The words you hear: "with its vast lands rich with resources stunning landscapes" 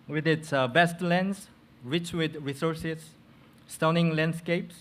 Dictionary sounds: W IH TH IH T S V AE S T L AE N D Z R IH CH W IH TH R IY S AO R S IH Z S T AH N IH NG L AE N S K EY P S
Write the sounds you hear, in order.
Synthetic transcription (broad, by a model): W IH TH IH T S B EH S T L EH N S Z R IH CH W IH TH R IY S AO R S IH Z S T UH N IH NG L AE N S K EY P S